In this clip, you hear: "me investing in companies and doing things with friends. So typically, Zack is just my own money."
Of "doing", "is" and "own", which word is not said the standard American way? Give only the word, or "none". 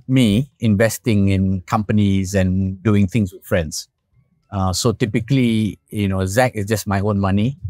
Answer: is